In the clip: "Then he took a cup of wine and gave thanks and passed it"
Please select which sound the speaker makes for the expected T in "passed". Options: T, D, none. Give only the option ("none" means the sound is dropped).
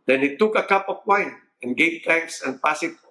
none